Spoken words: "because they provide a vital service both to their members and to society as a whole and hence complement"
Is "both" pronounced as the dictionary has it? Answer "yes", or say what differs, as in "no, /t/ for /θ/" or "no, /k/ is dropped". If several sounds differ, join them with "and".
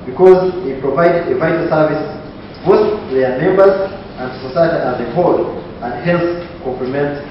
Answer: no, /s/ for /θ/